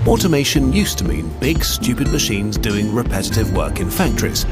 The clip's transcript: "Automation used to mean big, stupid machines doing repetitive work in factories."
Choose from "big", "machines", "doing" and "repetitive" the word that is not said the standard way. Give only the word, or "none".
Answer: none